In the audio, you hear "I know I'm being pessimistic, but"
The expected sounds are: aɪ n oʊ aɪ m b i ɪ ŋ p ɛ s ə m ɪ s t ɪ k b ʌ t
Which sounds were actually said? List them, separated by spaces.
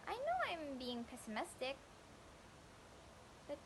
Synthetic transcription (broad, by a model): aɪ n oʊ aɪ m b i ɪ ŋ p ɛ s ə m ɪ s t ɪ k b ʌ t